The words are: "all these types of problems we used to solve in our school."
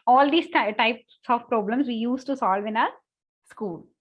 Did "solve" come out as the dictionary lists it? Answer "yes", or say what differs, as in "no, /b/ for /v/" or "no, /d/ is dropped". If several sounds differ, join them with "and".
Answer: yes